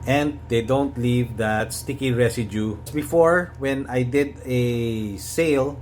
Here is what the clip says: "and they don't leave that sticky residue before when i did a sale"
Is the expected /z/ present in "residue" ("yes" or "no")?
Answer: no